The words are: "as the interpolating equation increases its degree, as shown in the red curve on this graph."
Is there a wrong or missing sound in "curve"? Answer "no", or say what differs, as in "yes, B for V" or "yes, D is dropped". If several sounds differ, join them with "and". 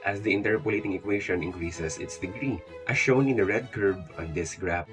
yes, B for V